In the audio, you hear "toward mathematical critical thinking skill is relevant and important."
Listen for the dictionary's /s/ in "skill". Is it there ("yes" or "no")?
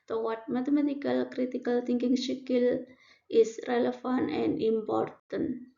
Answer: no